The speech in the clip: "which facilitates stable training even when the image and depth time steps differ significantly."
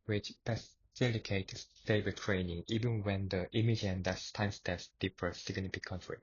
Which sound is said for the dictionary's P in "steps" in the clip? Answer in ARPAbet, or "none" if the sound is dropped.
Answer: none